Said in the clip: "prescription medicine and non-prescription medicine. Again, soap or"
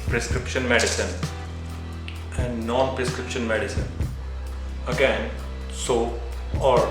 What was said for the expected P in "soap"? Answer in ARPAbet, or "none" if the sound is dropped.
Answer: none